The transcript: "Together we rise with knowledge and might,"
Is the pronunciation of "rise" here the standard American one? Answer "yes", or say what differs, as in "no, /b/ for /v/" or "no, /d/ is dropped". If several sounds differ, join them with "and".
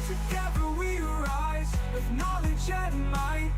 yes